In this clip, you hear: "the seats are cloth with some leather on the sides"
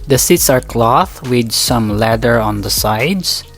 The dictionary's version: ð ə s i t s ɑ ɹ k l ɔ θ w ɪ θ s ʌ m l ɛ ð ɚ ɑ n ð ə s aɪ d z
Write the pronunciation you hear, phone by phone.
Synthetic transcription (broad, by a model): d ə s i t s ɑ ɹ k l ɔ θ w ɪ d s ʌ m l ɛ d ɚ ɑ n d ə s aɪ d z